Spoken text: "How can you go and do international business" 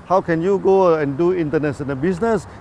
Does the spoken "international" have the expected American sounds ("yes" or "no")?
no